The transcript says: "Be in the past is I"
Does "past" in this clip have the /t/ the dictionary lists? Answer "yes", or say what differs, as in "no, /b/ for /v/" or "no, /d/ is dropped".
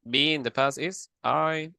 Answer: no, /t/ is dropped